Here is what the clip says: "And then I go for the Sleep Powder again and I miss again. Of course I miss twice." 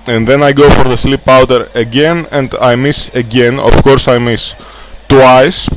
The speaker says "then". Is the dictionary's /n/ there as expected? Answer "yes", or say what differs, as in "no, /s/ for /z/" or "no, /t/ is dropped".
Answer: yes